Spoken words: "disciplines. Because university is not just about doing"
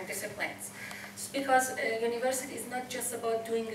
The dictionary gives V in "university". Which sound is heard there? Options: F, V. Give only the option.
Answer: V